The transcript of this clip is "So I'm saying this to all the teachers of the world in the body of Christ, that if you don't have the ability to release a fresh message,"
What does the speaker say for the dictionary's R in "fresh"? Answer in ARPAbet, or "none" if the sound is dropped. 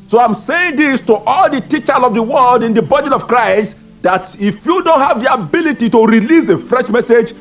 R